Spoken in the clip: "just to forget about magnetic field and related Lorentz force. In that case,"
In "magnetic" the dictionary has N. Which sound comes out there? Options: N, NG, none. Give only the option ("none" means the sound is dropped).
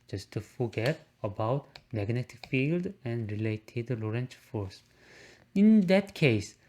N